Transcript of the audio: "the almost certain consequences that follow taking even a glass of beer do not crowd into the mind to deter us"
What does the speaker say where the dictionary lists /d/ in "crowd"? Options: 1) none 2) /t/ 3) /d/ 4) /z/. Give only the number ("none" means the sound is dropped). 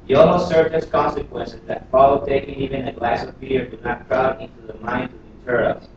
1